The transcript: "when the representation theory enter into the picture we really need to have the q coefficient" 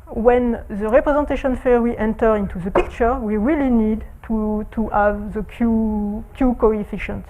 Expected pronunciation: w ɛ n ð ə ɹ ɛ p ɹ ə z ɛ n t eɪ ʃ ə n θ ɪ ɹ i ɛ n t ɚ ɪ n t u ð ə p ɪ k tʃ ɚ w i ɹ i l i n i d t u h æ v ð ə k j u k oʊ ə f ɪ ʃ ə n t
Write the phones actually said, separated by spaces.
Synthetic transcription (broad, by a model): w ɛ n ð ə ɹ ɛ p ɹ ə z ɛ n t eɪ ʃ ə n f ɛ w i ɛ n t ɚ ɪ n t u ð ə p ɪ k tʃ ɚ w i ɹ i l i n i d t u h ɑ v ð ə k j u k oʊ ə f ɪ ʃ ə n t